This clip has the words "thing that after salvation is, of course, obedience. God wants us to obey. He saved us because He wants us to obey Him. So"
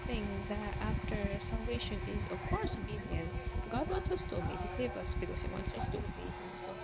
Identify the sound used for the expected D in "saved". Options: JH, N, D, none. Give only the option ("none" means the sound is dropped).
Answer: none